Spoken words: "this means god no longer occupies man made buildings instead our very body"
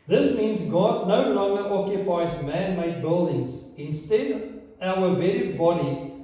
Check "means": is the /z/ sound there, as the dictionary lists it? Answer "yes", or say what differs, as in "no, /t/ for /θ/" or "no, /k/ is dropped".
yes